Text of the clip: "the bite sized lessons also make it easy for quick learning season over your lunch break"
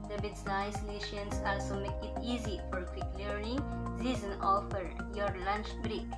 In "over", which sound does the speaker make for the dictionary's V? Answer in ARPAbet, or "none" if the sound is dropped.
F